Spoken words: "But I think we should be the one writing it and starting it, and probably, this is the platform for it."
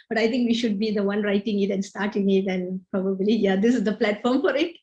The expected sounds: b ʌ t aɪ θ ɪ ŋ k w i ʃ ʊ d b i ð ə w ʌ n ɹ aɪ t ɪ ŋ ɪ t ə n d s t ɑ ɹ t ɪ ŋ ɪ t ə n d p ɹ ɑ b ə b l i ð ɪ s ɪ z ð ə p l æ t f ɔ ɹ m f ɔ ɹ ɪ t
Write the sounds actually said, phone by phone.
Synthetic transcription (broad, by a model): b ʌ t aɪ t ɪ ŋ k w i ʃ ʊ d b i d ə w ʌ n ɹ aɪ t ɪ ŋ ɪ t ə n s t ɑ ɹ t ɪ ŋ ɪ t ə n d p ɹ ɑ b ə b l i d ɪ s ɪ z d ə p l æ t f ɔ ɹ m f ɔ ɹ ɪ t